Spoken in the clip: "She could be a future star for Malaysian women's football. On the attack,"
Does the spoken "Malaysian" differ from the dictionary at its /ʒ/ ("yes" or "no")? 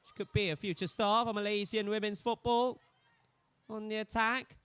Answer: yes